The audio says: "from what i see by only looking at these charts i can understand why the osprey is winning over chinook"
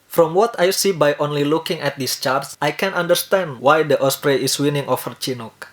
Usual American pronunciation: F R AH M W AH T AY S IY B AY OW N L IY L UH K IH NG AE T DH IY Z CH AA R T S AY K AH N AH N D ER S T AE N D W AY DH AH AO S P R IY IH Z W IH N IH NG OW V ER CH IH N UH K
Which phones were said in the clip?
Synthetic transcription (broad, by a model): F R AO M W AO T AY S IY B AY OW N L IY L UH K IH NG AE T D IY S CH AA R T S AY K AH N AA N D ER S T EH N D W AY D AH AO S P R IY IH S W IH N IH NG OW F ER CH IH N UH K